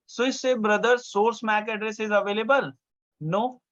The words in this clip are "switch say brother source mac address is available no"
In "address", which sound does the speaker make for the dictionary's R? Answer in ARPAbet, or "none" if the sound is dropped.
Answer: R